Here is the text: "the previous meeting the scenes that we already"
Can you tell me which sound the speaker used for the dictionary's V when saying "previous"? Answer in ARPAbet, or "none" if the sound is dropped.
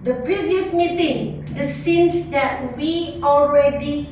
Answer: V